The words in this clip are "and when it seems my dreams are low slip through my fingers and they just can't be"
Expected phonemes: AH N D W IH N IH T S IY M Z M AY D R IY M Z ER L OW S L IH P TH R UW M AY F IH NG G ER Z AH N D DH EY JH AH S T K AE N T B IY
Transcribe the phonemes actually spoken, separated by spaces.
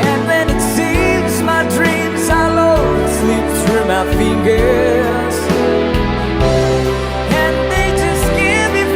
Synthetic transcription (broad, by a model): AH N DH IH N IH T S IY M Z M AY D R IY M Z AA L OW S L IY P S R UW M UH F IH NG G ER Z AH N DH EY JH AH S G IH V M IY